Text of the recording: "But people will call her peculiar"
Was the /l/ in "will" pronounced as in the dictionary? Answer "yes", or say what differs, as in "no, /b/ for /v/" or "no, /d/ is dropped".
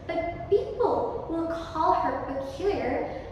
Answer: no, /n/ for /l/